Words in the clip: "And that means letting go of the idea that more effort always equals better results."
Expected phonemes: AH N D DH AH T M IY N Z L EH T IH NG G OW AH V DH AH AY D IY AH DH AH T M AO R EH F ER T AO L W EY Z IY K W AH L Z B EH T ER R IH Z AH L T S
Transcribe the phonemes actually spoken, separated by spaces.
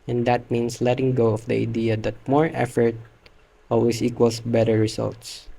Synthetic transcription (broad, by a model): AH N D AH T M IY N S L EH T IH NG G OW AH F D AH AY D IY AH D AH T M AO R EH F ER T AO L W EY S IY K W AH L S B EH T ER R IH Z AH L T S